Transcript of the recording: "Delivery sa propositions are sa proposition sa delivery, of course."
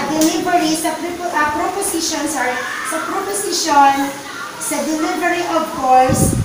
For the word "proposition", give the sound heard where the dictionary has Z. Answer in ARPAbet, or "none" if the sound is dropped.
S